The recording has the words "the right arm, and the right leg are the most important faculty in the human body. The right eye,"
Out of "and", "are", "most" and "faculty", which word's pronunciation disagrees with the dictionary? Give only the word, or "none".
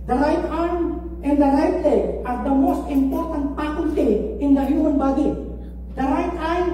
faculty